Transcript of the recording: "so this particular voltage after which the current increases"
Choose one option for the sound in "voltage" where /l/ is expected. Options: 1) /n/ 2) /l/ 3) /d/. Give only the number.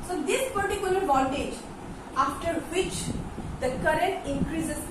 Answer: 1